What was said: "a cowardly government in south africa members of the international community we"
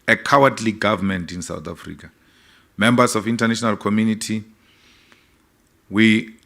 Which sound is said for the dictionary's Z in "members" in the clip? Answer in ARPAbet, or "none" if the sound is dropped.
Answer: S